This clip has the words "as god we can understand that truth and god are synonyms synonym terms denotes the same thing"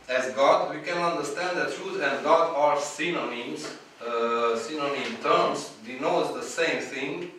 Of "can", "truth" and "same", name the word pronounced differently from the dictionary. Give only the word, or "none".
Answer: truth